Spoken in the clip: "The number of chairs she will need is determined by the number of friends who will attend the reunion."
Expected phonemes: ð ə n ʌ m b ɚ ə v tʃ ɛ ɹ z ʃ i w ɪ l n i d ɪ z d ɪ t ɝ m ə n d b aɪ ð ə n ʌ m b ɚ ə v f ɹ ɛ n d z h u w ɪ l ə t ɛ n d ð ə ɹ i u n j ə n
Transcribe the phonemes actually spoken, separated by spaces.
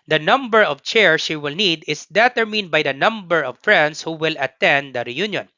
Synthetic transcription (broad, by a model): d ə n ʌ m b ɚ ə v tʃ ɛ ɹ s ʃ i w ɪ l n i d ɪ s d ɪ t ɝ m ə n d b aɪ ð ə n ʌ m b ɚ ə v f ɹ ɛ n d s h u w ɪ l ə t ɛ n d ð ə ɹ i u n j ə n